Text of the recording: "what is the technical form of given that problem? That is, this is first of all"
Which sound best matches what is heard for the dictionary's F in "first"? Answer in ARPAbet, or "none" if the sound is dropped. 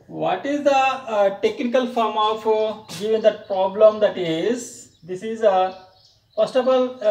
P